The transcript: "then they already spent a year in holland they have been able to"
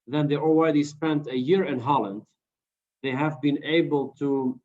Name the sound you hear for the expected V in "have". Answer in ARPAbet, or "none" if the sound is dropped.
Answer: V